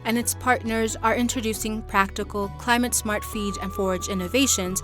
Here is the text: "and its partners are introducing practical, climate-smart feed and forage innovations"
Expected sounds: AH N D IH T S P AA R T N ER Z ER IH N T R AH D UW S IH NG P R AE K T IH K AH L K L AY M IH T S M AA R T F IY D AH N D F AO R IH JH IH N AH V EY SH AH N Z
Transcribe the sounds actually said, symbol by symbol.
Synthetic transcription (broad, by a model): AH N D IH T S P AA R T N ER Z ER IH N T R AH D UW S IH NG P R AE K T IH K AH L K L AY M IH T S M AA R T F IY D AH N F AO R IH JH IH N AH V EY SH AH N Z